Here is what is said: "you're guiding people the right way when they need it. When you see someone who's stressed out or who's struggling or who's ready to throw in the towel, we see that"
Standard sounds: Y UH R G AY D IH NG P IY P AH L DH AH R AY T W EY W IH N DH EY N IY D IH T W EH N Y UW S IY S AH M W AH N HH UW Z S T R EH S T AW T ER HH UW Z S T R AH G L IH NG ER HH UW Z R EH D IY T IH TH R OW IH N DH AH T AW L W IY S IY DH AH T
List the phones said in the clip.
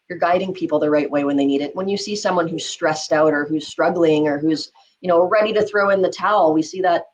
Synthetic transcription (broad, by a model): Y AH R G AY D IH NG P IY P L DH AH R AY T W EY W IH N DH EY N IY D IH T W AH N Y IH S IY S AH M W AH N HH UW Z S T R EH S T AW T ER HH UW Z S T R AH G L IH NG ER HH UW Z R EH D IY T IH TH R OW IH N DH AH T AW L W IY S IY DH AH T